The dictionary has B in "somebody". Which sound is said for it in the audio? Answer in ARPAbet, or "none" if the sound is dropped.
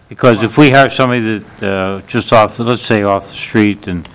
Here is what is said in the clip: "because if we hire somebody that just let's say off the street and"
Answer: none